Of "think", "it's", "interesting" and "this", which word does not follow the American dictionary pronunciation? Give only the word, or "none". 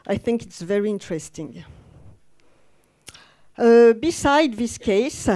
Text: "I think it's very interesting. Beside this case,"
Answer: none